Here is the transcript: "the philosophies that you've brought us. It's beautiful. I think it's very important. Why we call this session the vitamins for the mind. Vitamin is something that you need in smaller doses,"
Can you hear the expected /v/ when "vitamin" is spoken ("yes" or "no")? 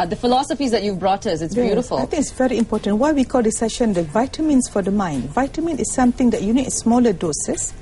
yes